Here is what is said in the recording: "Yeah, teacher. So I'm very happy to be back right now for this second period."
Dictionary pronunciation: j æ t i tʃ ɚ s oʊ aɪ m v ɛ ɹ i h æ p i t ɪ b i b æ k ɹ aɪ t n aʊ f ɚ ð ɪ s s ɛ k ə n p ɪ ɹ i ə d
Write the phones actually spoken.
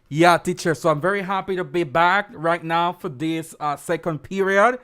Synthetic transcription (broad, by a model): j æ t i tʃ ɚ s oʊ aɪ m v ɛ ɹ i h æ p i t ɪ b i b æ k ɹ aɪ t n aʊ f ɚ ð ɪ s s ɛ k ə n p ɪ ɹ i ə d